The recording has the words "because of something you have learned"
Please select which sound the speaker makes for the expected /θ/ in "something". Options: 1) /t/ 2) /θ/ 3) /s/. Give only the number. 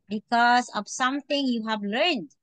1